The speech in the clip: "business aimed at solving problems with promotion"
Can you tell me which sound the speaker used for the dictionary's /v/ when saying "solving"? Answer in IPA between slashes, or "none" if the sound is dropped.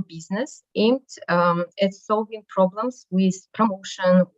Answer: /v/